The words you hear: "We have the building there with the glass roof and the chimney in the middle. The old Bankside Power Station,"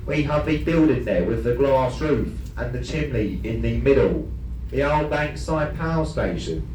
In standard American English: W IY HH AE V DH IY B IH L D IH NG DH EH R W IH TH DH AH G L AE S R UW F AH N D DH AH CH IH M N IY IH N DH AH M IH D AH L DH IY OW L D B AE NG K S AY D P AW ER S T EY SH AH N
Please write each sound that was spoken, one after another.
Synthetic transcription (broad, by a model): W IY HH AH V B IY B IH L D IH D DH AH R W IH DH AH G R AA S R UW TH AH N DH AH CH IH M L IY IH N DH AH M IH D AH L DH IY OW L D B AE NG K S AY D P AW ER S T EY SH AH N